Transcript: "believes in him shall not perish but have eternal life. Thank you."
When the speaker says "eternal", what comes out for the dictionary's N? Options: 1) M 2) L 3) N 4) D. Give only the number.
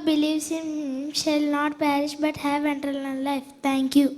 2